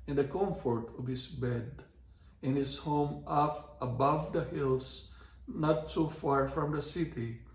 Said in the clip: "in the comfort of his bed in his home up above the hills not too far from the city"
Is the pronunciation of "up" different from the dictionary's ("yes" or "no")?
yes